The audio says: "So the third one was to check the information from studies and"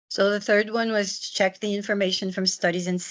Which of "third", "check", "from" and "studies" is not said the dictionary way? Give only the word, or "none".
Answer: none